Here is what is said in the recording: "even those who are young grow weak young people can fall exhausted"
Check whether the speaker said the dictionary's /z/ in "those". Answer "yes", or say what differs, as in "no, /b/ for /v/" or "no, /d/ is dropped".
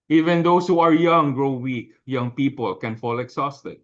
no, /s/ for /z/